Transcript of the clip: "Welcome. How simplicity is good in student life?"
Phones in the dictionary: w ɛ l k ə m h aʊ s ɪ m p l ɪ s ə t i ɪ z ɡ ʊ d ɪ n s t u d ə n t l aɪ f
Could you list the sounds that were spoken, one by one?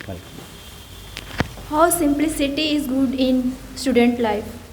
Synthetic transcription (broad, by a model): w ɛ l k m h aʊ s ɪ m p l ɪ s ə t i ɪ z ɡ ʊ d ɪ n s t u d ə n t l aɪ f